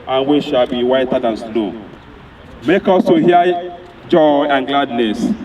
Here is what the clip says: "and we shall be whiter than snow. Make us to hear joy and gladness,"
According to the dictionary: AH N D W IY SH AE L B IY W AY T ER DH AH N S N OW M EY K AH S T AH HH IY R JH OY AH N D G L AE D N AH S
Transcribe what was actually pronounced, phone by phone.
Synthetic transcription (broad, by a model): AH N W IY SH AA L B IY W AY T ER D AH N S L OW M EY K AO S T AH HH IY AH JH OY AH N G L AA D N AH S